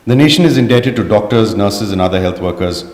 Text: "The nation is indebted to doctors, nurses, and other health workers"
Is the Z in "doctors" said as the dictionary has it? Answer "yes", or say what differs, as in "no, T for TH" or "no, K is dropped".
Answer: yes